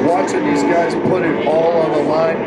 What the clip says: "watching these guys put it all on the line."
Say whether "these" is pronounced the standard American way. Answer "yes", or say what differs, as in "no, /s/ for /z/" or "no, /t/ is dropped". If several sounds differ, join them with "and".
yes